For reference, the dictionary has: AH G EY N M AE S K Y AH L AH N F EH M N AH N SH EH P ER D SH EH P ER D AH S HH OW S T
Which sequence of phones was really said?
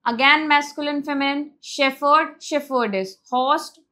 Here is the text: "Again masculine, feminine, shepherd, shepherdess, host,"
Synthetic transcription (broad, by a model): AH G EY N M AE S K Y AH L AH N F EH M AH N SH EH F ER D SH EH F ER D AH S HH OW S T